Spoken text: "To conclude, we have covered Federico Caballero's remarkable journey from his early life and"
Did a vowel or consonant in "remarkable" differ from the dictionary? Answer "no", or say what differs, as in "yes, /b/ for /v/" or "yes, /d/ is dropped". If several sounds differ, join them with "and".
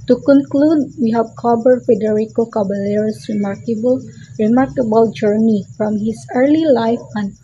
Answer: no